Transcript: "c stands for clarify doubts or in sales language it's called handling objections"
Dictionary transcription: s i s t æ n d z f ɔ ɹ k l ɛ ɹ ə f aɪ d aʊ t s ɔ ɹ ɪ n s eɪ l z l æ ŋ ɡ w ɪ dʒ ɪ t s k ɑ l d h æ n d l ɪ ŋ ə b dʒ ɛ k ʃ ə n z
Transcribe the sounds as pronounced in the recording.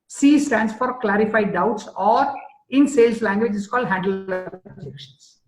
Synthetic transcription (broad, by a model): s i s t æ n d s f ɔ ɹ k l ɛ ɹ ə f aɪ d aʊ t s ɔ ɹ ɪ n s eɪ l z l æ ŋ ɡ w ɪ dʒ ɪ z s k ɑ l d h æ n d ɪ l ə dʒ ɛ k ʃ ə n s